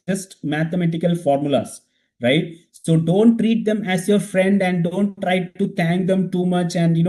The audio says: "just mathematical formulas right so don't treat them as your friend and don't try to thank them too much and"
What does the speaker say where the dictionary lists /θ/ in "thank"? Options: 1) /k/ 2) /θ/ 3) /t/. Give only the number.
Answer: 3